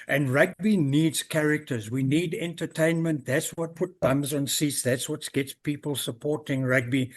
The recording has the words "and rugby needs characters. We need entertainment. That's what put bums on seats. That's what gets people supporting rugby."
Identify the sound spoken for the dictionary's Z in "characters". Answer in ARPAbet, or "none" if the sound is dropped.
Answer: Z